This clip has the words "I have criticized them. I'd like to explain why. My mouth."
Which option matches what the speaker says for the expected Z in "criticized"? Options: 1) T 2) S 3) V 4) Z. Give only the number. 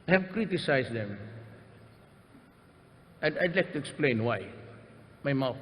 2